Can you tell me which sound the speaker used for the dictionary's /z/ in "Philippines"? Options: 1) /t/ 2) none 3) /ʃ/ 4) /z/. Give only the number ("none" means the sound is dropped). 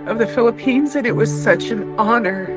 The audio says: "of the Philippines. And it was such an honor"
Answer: 4